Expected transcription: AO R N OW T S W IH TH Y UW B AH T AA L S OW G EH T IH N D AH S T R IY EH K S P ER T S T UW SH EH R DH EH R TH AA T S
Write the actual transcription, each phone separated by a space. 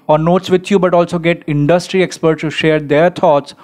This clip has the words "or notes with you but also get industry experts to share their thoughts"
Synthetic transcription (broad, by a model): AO R N OW T S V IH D Y UW B AH T AA L S OW G EH T IH N D AH S T R IY EH K S P ER T S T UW SH EH R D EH R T AA T S